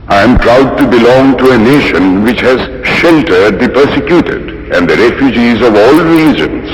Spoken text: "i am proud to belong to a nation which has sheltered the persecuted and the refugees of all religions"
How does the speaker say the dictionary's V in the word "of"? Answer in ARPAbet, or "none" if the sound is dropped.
V